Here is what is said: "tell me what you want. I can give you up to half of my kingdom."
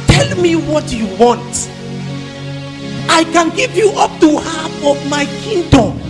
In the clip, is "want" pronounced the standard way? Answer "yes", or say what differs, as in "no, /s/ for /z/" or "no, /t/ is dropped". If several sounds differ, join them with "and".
yes